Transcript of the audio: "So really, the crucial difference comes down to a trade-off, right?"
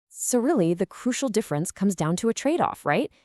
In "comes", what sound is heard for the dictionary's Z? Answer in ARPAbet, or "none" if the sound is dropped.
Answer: Z